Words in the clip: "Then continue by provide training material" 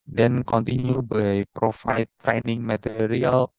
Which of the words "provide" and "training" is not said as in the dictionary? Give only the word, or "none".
provide